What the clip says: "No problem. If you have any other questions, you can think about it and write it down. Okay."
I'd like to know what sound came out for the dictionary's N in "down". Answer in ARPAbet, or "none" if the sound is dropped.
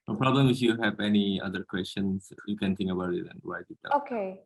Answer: none